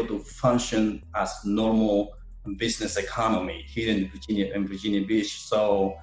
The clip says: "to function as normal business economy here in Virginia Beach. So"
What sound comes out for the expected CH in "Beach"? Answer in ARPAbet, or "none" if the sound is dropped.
SH